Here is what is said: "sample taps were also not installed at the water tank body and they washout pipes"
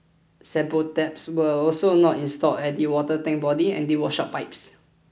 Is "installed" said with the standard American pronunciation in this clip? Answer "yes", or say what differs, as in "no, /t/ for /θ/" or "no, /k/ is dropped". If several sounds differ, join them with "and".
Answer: no, /d/ is dropped